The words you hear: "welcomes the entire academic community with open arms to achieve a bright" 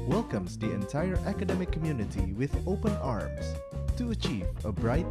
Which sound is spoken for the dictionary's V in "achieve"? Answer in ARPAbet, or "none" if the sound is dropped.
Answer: V